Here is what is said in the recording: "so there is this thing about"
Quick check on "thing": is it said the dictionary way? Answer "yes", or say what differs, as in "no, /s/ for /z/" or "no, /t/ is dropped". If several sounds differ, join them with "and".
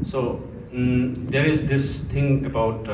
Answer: no, /t/ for /θ/